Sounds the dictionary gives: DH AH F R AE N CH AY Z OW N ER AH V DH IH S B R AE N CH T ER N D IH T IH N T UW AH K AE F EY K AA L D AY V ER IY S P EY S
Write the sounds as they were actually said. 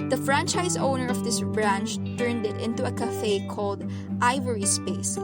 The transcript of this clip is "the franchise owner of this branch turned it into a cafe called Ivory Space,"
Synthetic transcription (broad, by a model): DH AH F R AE N CH AY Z OW N ER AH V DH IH S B R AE N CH T ER N D IH T IH N T UW AH K AE F EY K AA L D AY V ER IY S P EY S